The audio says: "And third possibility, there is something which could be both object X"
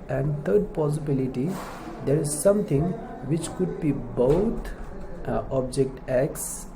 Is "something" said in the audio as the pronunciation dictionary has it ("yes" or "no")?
no